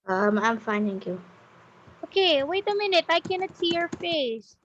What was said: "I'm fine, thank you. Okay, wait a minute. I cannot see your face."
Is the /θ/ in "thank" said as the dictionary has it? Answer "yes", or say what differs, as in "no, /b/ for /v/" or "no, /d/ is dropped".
no, /t/ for /θ/